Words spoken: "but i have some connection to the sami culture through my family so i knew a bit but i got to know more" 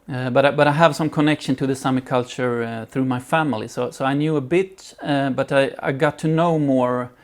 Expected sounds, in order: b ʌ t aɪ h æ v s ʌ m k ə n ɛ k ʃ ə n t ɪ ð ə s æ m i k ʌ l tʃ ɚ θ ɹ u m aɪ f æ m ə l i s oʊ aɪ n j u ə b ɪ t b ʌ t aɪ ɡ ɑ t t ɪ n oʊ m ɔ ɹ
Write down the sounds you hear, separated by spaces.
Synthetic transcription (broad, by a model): b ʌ t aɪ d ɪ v s ʌ m k ə n ɛ k ʃ ə n t ɪ ð ə s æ m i k ʌ l tʃ ɚ θ ɹ u m aɪ f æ m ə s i s oʊ aɪ n j u ə b ɪ t b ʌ t aɪ ɡ ɑ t t ɪ n oʊ m ɔ ɹ